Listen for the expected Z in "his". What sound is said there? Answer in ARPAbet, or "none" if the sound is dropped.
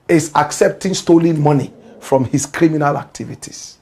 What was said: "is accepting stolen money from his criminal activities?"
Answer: S